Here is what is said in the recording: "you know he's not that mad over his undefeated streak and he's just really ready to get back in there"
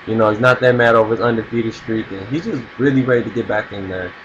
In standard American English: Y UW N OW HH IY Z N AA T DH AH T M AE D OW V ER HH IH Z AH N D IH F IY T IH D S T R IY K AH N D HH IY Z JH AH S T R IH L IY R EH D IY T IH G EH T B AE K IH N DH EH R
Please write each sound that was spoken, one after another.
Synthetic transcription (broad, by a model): Y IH N OW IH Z N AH T DH AH T M AE D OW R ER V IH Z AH N D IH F IY T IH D S T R IY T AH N HH IY Z JH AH S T R IH L IY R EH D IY T IH G EH T B AE K IH N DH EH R